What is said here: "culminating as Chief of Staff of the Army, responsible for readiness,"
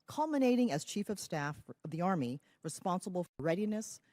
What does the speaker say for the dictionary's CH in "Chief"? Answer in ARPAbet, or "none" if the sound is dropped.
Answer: CH